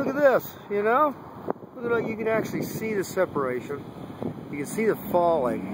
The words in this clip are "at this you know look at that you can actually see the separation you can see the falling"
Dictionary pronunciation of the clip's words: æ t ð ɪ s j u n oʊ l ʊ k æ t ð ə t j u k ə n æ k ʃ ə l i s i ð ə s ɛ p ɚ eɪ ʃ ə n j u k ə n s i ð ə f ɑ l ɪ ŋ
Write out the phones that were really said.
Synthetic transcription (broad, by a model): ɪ t ð ɪ s j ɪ n oʊ w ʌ ʌ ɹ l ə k j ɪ k ə n æ k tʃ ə l i s i ð ə s ɛ p ɚ eɪ ʃ ə n j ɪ k ə n s i ð ə f ɑ l ɪ ŋ